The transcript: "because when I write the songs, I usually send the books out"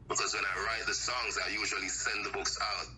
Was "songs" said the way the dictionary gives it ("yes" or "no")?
yes